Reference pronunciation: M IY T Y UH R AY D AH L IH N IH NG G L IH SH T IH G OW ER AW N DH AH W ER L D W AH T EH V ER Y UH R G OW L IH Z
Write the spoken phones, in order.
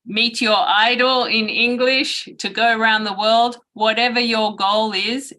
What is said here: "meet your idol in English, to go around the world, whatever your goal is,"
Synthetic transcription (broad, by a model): M IY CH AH R AY D L IH N IH NG G L IH SH T IH G OW ER AW N DH AH W ER L D W AH T EH V ER Y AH R G OW L IH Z